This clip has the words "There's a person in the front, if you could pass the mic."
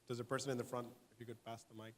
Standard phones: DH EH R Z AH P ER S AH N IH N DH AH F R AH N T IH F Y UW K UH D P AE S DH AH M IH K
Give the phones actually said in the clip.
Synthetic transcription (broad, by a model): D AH Z AH P ER S AH N IH N DH AH F R AH N T IH F Y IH K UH D P AE S DH AH M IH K